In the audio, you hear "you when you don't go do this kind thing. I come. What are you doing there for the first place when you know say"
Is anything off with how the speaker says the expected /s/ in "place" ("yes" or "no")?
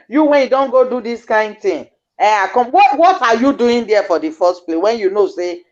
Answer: yes